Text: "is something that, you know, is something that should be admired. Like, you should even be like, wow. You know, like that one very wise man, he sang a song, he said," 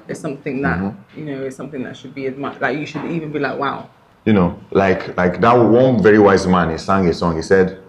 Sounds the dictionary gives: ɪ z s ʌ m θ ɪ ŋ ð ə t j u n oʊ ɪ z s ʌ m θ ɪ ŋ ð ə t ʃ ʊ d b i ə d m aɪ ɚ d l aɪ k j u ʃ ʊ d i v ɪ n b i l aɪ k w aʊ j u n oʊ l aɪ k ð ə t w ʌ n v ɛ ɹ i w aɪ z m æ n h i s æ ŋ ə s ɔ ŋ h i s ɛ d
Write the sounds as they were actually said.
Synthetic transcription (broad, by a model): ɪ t s ʌ m θ ɪ ŋ ð ə t j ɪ n oʊ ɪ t s ʌ m θ ɪ ŋ ð ə t ʃ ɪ d b i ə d m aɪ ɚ l aɪ k j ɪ ʃ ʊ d i v ɪ n b i l aɪ k w aʊ j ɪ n oʊ l aɪ k ð ə t w ʌ n v ɛ ɹ i w aɪ z m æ n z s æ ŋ ə s ɔ ŋ h i s ɛ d